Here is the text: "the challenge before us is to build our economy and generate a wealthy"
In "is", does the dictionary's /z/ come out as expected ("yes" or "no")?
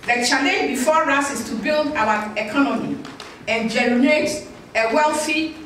no